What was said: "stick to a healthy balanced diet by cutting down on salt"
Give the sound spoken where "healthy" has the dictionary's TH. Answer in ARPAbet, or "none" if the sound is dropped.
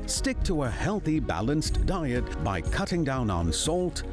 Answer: TH